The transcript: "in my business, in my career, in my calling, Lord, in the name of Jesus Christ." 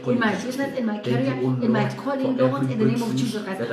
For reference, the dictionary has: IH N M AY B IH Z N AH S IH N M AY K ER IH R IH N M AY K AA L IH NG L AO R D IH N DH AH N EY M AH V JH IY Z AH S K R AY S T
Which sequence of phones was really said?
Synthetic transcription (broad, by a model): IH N M AY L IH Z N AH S IH N M AY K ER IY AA IH N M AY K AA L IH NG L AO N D IH N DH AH N EY M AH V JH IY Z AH K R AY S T